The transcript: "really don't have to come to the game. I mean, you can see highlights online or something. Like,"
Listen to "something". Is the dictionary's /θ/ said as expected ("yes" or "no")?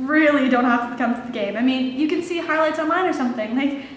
yes